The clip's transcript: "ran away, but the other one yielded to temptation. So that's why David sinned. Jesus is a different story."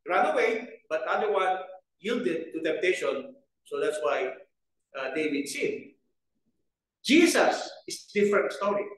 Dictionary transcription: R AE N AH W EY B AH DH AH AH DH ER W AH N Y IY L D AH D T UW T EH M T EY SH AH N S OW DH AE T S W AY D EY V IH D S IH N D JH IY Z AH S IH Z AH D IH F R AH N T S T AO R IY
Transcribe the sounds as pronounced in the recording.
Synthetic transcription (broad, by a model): R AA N AH W EY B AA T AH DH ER W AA N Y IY L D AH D T UW T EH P T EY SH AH N S OW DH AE T S W AY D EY W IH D S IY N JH IY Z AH S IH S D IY F R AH N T S T AO R IY